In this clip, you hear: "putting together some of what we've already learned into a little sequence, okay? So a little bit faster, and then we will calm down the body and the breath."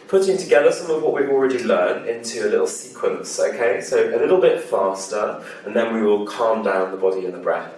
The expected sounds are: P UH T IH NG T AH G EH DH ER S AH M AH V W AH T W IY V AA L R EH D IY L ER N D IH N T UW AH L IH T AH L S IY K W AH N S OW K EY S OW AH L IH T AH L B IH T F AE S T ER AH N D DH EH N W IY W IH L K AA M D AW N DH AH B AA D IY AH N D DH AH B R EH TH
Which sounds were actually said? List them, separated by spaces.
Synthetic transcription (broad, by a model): P UH T IH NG T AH G EH DH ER S AH M AH V W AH T W IY V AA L R EH D IY L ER N IH N T UW AH L IH T L S IY K W AH N S OW K EY S OW AH L IH T L B IH T F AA S T ER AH N DH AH N W IY W IH L K AA M D AW N DH AH B AA D IY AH N DH AH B R EH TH